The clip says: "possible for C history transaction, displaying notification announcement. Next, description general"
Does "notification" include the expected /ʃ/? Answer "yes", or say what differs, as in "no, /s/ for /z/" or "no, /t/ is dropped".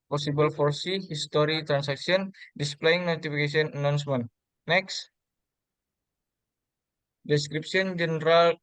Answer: no, /s/ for /ʃ/